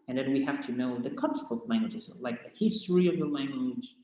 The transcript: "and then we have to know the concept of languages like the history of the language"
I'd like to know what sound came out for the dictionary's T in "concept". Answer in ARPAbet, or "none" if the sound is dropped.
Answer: none